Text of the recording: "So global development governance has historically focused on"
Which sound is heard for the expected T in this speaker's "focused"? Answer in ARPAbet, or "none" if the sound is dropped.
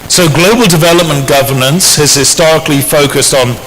T